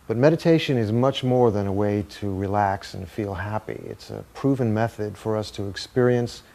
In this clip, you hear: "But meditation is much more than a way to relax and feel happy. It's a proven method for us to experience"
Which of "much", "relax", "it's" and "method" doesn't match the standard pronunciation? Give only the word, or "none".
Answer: none